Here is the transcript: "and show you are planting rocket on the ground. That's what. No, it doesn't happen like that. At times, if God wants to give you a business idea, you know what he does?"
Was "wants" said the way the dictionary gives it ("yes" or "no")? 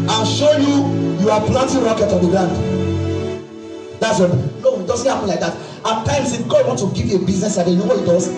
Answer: no